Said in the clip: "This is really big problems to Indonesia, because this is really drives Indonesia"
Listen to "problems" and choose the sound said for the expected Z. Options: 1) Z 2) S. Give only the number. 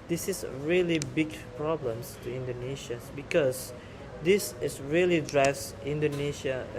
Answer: 2